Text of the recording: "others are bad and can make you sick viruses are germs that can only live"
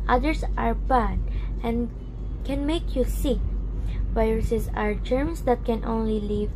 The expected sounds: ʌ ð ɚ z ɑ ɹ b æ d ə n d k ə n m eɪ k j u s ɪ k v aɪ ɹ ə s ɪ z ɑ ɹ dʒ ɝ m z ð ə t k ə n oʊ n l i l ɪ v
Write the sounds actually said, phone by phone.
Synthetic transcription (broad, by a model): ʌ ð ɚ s ɑ ɹ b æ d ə n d k ə n m eɪ k j u s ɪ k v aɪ ɹ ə s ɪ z ɑ ɹ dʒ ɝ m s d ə t k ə n oʊ n l i l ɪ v